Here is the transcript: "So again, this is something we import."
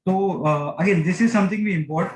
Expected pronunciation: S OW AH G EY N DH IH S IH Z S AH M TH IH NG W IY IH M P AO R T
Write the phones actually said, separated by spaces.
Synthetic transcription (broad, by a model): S OW AH G EY N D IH S IH Z S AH M T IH NG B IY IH M P AO R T